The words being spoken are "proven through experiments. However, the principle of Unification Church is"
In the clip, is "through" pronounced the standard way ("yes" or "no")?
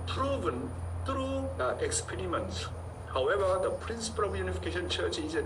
no